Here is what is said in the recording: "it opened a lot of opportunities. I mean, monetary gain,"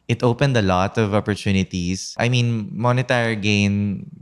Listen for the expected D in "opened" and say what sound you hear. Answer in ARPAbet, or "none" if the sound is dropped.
D